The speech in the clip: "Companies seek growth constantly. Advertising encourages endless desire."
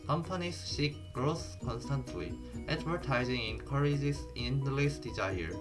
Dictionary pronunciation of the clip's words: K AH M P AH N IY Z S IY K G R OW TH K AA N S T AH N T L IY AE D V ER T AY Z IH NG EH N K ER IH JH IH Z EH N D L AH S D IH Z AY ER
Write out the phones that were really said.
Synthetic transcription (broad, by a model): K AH M P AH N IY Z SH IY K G R OW S K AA N S T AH N T L IY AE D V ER T AY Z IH NG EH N K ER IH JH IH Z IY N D L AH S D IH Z AY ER